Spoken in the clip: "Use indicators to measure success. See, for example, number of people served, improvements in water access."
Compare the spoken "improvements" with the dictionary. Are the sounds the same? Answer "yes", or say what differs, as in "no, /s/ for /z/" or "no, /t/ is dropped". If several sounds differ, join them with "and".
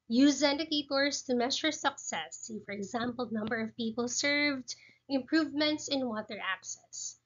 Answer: yes